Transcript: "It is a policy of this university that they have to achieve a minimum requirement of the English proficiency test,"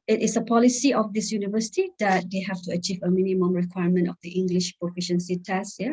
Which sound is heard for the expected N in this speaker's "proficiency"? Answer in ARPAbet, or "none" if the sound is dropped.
N